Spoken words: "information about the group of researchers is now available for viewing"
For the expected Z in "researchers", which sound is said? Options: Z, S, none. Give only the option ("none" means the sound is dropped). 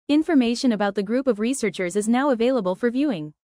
Z